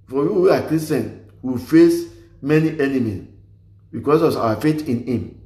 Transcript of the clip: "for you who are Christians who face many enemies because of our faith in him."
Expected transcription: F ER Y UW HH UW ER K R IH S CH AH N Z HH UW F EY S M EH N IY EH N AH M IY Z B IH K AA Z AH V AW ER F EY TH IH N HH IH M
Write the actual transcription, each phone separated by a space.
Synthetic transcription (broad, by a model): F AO Y UW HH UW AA K R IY S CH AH N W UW F EY S M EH N IY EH N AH M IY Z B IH K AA S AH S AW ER F EY T IH N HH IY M